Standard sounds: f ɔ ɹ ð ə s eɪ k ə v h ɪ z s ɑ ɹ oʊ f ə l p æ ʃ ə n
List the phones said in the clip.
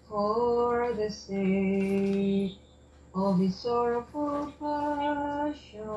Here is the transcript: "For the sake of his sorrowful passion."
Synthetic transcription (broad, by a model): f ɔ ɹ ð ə s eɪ ə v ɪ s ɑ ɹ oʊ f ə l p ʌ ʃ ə